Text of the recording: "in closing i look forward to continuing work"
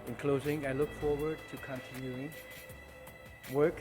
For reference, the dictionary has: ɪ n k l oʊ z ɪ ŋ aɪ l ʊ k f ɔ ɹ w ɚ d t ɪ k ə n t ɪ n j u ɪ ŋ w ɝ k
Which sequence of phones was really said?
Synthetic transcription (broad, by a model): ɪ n k l oʊ z ɪ ŋ aɪ l ʊ k f ɔ ɹ w ɚ d t ɪ k ə n t ɪ n j u ɪ ŋ w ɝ k